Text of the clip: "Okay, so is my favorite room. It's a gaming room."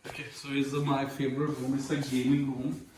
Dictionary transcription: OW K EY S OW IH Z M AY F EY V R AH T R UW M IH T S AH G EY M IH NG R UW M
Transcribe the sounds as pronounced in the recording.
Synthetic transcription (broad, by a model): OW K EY S OW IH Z M AY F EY B R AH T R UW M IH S AH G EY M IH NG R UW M